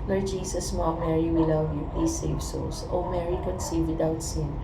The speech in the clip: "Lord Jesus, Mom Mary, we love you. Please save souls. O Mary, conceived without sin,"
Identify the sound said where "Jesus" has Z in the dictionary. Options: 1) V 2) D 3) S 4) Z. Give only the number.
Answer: 3